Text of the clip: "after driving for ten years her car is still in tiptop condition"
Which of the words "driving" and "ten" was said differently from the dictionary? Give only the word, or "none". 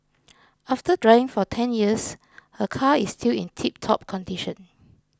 driving